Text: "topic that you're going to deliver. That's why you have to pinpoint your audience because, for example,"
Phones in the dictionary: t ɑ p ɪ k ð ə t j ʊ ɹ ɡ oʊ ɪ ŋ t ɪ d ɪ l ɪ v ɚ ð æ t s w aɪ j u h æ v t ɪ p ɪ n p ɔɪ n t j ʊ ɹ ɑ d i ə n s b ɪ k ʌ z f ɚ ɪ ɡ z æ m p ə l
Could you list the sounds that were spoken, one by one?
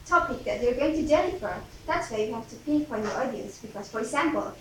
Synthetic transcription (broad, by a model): t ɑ p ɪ k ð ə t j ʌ ɹ ɡ oʊ ɪ ŋ t ɪ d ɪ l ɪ f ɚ ð æ t s w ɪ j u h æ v t ɪ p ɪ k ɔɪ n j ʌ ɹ ɑ d i ə n s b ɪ k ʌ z f ɚ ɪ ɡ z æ m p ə l